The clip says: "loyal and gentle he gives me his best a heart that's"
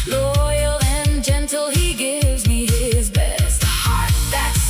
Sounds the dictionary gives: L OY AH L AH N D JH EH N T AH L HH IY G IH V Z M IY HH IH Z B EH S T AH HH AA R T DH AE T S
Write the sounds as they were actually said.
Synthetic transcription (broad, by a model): L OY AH L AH N JH EH N T L HH IY G IH V Z M IY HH IH Z B EH S T HH AA R T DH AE T S